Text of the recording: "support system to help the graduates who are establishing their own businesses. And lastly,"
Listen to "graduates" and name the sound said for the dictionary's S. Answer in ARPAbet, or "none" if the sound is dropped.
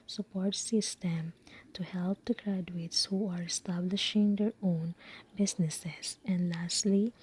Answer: S